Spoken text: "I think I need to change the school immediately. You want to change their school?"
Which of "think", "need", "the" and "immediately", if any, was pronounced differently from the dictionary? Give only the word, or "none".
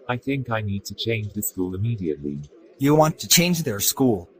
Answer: none